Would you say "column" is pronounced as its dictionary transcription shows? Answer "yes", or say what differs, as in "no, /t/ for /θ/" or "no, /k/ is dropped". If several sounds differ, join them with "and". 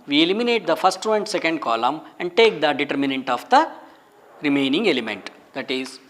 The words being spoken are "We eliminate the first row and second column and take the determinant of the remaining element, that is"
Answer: yes